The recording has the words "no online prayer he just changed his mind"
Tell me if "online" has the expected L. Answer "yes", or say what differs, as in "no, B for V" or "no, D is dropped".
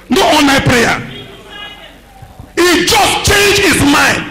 no, L is dropped